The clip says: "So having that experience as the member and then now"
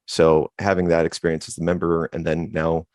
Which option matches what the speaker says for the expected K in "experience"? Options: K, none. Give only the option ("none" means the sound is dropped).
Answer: K